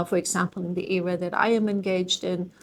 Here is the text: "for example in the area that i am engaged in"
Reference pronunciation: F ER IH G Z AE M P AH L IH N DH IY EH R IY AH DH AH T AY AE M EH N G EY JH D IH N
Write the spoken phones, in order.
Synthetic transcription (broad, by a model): F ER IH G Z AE M P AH L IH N DH IY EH R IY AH DH AH T AY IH M EH N G EY JH D IH N